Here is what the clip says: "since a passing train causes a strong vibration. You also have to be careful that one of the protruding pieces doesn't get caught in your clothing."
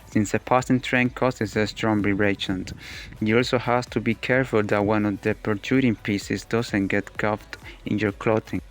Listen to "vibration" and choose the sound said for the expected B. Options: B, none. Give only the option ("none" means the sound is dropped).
none